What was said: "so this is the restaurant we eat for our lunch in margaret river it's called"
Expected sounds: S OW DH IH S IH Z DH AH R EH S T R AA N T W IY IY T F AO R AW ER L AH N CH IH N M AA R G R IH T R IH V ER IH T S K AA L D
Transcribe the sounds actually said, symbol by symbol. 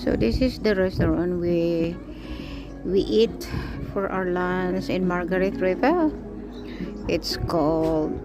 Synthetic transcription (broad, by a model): S OW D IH S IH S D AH R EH S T R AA N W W IY IY T F AO R AW ER L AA N S IH N M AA R G R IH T R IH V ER IH T S K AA L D